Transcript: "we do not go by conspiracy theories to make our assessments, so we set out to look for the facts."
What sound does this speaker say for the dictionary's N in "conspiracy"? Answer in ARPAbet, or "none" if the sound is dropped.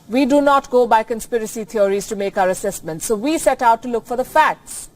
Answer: N